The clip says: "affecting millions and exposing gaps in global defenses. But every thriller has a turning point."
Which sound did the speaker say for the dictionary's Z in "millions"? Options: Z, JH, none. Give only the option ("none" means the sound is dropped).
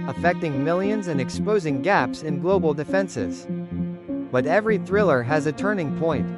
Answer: Z